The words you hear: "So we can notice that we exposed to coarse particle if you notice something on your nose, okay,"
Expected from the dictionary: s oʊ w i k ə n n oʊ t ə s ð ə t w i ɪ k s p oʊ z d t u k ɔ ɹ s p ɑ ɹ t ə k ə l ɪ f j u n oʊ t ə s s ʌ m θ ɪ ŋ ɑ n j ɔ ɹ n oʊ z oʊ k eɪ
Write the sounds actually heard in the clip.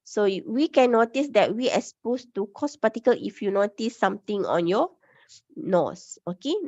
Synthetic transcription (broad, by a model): s oʊ w i k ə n n oʊ t ə s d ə t w i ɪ s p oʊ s t u k ɔ s p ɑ t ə k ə l ɪ f j u n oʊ t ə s s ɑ m t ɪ ŋ ɑ n j ɔ n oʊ s oʊ k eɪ